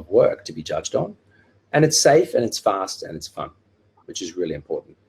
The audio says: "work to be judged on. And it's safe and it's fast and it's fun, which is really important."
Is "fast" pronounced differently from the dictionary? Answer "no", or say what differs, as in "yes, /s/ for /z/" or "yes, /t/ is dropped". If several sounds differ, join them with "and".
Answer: no